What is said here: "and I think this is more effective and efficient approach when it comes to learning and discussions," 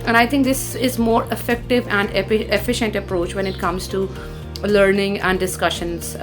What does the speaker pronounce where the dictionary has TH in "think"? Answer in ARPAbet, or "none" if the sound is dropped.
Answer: T